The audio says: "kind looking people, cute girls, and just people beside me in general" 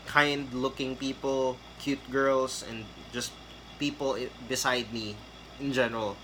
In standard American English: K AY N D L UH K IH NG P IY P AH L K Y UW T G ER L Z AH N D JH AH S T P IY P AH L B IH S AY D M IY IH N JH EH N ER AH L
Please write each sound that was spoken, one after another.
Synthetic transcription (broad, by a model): K AY N D L UH K IH NG P IY P AH L K Y UW T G ER L S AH N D JH AH S T P IY P AH L B IH S AY D M IY IH N JH EH N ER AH L